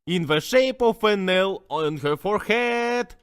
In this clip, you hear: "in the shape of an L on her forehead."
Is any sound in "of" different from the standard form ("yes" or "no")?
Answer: yes